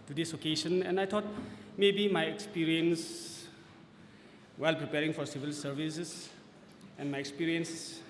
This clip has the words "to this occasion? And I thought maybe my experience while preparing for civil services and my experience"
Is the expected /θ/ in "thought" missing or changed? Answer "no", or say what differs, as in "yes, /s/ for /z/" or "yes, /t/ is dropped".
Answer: yes, /t/ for /θ/